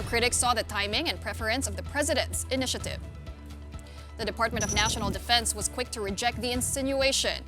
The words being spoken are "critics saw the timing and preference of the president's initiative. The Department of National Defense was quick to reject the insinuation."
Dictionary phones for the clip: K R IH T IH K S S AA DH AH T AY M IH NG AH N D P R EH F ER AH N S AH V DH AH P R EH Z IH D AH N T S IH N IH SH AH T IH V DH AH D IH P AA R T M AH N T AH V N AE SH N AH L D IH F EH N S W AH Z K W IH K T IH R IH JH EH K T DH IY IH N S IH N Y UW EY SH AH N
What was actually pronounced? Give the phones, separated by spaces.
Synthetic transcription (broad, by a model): K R IH T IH K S S AA DH AH T AY M IH NG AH N P R EH F ER AH N S AH V DH AH P R EH Z IH D AH N T S IH N IH SH AH T IH V DH AH D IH P AA R T M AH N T AH V N AE SH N L D IH F EH N S W AH Z K W IH K T IH R IH JH EH K T DH IY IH N S IH N Y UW EY SH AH N